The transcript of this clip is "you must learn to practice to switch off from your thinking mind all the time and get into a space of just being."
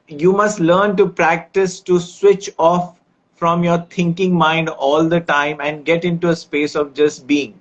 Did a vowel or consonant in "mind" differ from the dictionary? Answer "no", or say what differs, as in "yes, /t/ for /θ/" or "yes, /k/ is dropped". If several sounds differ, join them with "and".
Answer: no